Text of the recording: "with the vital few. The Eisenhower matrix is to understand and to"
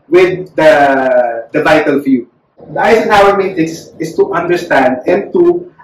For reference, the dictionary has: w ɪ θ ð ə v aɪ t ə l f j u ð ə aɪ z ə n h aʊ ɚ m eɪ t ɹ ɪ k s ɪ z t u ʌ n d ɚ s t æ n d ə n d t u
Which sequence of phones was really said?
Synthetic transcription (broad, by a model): w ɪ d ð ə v aɪ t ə l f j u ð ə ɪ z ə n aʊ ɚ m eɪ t ɪ s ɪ s t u ʌ n d ɚ s t æ n d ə n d t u